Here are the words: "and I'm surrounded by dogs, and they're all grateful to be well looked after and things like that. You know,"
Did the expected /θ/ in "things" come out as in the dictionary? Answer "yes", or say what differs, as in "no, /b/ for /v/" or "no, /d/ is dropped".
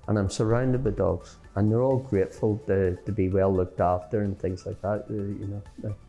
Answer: yes